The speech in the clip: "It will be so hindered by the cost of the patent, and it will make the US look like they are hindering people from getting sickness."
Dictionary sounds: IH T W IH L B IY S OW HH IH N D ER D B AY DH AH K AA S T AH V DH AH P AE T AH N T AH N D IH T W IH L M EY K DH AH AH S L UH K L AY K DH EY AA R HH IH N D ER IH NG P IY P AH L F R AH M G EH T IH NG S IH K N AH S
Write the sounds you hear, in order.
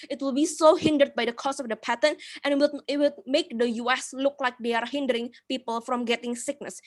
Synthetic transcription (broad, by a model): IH T W IH L B IY S OW HH IH N D ER D B AY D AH K AA S AH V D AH P AE T AH N T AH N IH IH T W IH L M EY K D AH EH S L UH K L AY K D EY AA R HH IH N D ER IH NG P IY P AH L F R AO M G EH T IH NG S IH K N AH S